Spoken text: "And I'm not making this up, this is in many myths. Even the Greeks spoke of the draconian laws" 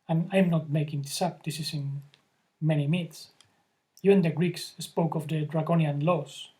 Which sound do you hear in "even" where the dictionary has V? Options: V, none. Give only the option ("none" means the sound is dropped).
none